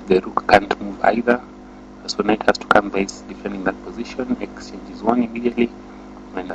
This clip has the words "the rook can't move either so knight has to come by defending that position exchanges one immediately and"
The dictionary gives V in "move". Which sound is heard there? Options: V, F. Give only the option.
V